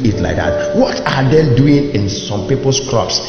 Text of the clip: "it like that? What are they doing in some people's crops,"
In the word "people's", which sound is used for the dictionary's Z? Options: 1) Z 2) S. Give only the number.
2